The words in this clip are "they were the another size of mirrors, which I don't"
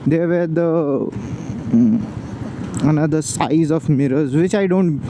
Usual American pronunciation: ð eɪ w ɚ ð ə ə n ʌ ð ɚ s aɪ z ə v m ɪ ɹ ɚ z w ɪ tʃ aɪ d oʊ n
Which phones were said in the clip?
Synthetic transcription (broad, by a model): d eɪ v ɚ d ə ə n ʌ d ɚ s aɪ z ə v m ɪ ɹ ɚ z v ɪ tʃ aɪ d oʊ n